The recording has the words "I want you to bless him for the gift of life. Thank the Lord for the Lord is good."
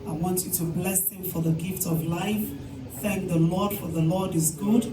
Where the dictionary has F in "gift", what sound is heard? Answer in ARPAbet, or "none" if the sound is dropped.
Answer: F